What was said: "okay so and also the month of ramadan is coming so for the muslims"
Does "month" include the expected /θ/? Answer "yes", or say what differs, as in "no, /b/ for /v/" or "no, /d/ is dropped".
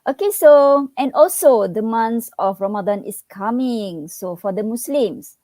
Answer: no, /s/ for /θ/